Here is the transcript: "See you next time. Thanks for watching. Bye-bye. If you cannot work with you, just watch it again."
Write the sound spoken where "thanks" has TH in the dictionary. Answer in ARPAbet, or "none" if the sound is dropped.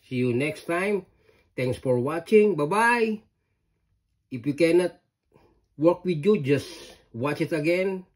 T